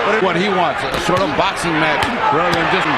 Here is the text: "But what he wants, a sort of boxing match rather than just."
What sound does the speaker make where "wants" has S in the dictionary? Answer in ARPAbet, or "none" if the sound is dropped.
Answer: S